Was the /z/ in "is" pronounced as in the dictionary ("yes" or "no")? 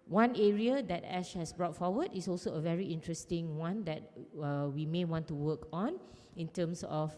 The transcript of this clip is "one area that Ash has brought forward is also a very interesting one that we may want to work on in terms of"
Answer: no